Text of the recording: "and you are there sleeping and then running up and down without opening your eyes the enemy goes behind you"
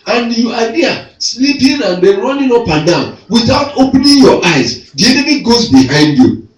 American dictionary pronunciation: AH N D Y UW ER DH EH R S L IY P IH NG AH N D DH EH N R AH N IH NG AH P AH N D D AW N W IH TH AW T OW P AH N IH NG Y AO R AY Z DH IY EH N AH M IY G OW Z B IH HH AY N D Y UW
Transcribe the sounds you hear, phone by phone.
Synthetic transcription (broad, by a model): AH N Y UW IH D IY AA S L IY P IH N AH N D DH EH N R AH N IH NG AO P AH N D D AW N W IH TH AW T OW P N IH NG Y AO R AY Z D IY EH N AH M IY G OW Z B IH HH AY N D Y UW